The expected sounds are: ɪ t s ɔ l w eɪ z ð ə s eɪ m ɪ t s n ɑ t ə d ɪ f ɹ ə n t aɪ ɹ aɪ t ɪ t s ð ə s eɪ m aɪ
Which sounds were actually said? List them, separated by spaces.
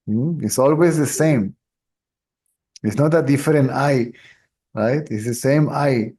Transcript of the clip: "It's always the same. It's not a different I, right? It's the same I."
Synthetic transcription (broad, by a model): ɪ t s ɔ l w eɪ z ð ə s eɪ m ɪ t s n ɑ t ə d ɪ f ɹ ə n t aɪ ɹ aɪ t ɪ t s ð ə s eɪ m aɪ